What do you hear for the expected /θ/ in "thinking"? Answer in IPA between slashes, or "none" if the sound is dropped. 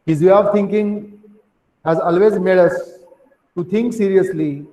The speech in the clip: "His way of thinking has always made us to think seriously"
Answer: /t/